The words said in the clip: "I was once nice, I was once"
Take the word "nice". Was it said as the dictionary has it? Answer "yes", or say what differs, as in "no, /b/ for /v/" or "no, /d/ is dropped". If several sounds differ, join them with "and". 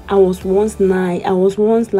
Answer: no, /s/ is dropped